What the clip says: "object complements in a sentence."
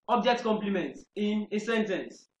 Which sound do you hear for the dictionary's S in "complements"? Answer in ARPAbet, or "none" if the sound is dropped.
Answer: none